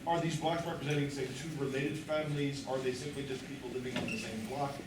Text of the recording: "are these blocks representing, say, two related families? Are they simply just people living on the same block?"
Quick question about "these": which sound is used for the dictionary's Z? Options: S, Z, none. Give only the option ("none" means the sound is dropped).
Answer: Z